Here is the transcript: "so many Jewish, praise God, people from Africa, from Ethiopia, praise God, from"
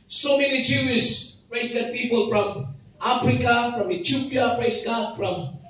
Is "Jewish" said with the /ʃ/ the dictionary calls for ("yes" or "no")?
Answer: no